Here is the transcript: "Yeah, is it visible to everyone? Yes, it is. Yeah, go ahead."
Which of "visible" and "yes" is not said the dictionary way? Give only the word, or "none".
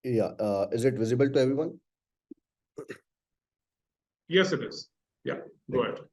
none